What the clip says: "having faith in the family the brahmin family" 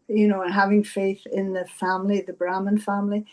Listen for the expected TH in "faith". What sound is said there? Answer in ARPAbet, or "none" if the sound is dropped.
TH